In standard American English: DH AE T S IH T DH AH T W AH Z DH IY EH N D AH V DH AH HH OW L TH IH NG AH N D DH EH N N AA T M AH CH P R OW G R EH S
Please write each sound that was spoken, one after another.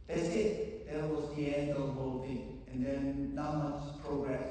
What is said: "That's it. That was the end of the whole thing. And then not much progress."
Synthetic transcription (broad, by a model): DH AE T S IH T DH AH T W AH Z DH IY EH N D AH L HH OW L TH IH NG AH N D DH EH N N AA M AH S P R OW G R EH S